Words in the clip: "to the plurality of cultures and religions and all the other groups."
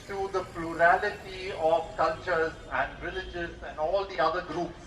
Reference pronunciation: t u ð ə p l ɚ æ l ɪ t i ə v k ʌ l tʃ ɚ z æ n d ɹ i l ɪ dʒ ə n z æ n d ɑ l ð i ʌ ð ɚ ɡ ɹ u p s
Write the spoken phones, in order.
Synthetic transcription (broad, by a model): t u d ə p l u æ l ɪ t i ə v k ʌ l tʃ ɚ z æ n d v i l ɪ dʒ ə z æ n d ɑ l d i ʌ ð ɚ ɡ ɹ u p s